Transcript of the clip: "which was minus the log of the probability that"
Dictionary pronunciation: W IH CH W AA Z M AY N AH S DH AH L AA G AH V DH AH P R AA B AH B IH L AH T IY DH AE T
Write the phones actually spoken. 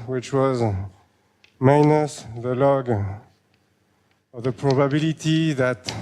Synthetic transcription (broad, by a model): W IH CH W AA Z M AY N AH S DH AH L AA G AH V DH AH P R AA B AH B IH L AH T IY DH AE T